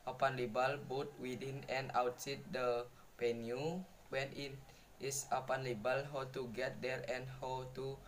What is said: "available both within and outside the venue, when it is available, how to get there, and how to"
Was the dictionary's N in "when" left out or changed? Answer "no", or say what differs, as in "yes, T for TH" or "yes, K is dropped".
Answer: no